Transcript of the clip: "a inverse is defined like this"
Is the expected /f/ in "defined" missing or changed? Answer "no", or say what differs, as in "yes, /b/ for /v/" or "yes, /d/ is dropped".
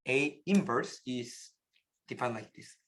yes, /p/ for /f/